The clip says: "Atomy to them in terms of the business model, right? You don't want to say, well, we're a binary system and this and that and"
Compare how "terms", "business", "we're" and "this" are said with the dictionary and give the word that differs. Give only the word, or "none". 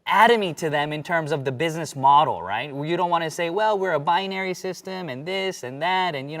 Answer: none